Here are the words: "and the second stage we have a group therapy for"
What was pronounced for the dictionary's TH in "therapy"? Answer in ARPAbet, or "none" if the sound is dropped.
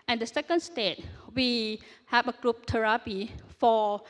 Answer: T